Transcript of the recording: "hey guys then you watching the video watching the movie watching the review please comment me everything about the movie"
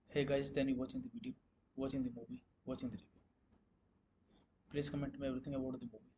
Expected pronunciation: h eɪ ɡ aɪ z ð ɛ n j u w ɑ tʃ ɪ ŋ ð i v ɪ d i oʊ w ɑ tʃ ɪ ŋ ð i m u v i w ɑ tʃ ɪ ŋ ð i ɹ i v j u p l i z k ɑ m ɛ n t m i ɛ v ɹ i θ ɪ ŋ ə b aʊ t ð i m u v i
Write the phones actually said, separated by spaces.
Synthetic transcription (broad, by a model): h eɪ ɡ aɪ z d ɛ n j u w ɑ tʃ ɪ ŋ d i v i d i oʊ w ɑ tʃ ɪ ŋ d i m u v i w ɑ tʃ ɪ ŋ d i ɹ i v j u p l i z k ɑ m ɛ n t m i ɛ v ɹ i t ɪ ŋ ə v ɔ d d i m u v i